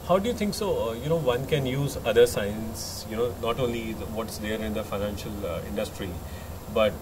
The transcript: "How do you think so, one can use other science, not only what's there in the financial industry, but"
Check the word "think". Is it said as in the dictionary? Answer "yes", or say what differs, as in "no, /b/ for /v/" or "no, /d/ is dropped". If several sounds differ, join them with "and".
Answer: no, /t/ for /θ/